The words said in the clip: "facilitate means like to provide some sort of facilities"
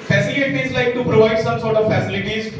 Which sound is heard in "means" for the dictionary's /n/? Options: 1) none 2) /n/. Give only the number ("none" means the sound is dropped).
1